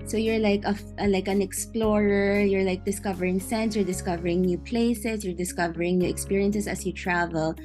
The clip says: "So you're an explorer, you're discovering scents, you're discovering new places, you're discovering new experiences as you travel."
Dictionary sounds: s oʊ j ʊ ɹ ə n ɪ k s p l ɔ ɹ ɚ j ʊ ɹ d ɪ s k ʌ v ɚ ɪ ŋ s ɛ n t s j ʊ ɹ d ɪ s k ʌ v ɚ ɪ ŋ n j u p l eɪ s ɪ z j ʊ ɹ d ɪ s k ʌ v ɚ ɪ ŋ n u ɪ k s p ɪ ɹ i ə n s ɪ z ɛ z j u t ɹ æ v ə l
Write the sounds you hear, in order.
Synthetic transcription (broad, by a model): s oʊ j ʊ ɹ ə n ɪ k s p l ɔ ɹ ɚ j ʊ ɹ d ɪ s k ʌ v ɚ ɪ ŋ s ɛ n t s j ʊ ɹ d ɪ s k ʌ v ɚ ɪ ŋ n j u p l eɪ s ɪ s j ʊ ɹ d ɪ s k ʌ v ɚ ɪ ŋ n u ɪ k s p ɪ ɹ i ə n s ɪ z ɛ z j u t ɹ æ v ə l